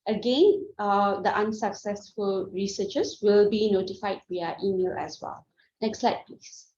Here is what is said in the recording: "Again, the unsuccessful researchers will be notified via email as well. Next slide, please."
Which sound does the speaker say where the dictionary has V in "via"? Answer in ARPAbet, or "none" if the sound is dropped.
W